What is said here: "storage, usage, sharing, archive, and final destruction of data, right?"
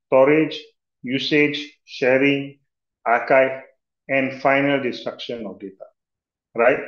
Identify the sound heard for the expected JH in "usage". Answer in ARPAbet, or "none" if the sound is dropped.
JH